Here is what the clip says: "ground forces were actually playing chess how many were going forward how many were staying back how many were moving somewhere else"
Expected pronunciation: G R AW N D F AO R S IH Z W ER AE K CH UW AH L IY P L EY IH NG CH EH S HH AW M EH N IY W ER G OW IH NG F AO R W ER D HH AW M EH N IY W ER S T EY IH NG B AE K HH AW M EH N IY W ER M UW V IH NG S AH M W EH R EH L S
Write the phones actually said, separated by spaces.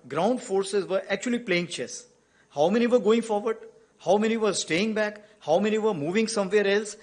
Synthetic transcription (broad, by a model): G R AW N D F AO R S IH Z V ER AE K CH UW AH L IY P L EY IH NG CH EH S HH AW M EH N IY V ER G OW IH NG F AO R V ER D HH AW M EH N IY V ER S T EY IH NG B AE K HH AW M EH N IY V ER M UW V IH NG S AH M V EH R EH L S